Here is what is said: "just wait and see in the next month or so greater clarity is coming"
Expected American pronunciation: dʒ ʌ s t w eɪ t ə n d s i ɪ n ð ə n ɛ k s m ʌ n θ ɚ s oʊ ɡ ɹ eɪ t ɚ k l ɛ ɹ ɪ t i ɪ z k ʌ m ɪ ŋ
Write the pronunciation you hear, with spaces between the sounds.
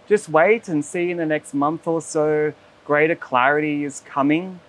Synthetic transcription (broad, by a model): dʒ ʌ s t w eɪ t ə n s i ɪ n ð ə n ɛ k s m ʌ n θ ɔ s oʊ ɡ ɹ eɪ t ɚ k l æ ɹ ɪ t i ɪ z k ʌ m ɪ ŋ